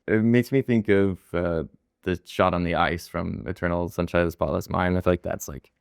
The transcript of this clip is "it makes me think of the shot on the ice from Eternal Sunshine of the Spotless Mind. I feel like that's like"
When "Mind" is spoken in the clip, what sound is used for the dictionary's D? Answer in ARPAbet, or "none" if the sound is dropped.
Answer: none